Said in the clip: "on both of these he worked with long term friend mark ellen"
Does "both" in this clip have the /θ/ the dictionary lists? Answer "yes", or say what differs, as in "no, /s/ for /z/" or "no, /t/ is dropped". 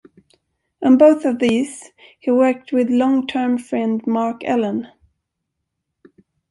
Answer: yes